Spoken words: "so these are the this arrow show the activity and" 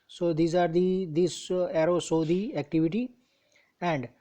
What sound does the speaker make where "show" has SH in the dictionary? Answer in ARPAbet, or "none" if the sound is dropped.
S